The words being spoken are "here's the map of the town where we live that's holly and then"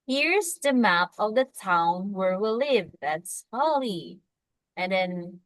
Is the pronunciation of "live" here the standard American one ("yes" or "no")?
yes